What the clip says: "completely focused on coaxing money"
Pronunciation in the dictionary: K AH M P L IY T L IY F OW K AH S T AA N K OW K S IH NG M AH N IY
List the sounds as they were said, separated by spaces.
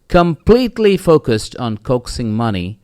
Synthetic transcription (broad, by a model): K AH M P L IY T L IY F OW K AH S T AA N K OW K S IH NG M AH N IY